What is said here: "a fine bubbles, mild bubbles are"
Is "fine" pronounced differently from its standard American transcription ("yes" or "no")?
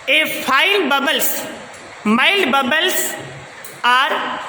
yes